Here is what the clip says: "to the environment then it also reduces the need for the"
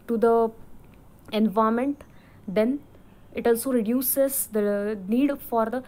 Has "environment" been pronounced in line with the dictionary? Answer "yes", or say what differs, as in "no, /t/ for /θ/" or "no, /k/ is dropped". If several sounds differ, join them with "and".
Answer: no, /ɹ/ is dropped and /n/ is dropped